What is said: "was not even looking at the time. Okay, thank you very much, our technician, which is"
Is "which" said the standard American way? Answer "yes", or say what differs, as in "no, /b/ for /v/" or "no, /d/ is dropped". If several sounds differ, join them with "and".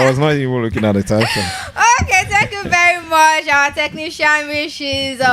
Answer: no, /ʃ/ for /tʃ/